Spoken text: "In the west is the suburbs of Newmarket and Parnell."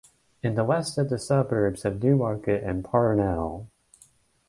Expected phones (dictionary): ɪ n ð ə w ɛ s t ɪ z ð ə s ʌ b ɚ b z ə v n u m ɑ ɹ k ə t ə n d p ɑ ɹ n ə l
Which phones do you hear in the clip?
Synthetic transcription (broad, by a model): ɪ n ð ə w ɛ s t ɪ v ð ə s ʌ b ɚ b z ə v n u m ɑ ɹ k ə t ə n p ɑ ɹ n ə l